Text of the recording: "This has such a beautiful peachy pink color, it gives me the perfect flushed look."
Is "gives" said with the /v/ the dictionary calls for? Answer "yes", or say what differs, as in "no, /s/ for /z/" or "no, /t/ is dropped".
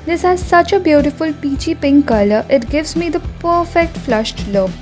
yes